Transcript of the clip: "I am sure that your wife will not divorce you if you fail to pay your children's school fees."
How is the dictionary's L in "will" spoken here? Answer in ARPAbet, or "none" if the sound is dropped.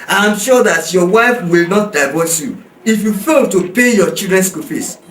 L